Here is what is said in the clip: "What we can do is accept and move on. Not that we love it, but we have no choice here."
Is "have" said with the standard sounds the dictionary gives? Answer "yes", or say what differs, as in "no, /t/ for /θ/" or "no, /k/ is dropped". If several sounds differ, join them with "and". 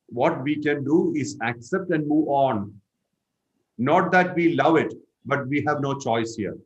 yes